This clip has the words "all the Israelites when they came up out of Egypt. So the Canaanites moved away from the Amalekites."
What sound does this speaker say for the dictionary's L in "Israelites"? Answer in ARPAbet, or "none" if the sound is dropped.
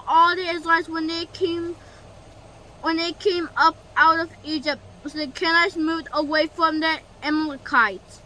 W